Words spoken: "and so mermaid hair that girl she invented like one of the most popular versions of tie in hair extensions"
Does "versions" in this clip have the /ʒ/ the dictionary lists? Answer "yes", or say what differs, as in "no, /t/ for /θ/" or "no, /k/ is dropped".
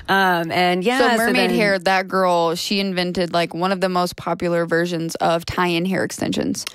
yes